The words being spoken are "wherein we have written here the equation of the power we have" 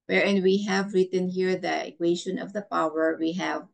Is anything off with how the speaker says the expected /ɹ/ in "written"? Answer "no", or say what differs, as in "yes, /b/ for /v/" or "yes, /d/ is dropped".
no